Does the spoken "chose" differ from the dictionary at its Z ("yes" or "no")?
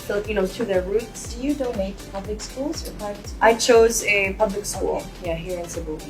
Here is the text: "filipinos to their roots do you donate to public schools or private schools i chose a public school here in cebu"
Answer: no